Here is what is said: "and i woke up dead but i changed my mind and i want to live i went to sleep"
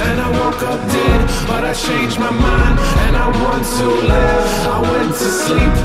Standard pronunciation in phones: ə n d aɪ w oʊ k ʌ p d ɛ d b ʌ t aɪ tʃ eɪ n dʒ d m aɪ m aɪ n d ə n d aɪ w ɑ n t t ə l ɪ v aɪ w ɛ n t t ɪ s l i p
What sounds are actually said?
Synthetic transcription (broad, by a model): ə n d aɪ w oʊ k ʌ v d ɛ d b ʌ t aɪ tʃ eɪ n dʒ m aɪ m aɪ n ə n aɪ w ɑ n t t ə l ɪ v aɪ w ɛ n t t ɪ s l i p